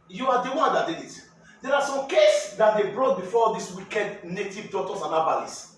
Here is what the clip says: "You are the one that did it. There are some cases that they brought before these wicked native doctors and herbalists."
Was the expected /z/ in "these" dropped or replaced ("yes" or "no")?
yes